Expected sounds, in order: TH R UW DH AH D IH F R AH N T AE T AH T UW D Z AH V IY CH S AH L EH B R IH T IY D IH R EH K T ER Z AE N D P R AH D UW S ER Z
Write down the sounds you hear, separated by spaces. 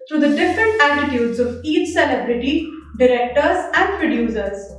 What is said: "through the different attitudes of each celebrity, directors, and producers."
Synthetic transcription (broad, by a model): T R UW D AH D IH F R AH N T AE T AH T UW D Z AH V IY CH S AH L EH B R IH T IY D IH R EH K T ER Z AE N D P R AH D UW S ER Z